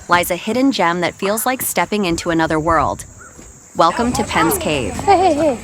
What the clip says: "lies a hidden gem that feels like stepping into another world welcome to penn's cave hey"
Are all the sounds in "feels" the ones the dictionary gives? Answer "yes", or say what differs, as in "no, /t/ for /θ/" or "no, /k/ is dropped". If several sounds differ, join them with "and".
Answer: yes